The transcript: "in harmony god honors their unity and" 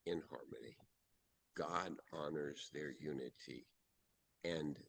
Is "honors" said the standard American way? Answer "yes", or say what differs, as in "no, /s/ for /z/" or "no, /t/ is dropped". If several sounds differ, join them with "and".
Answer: yes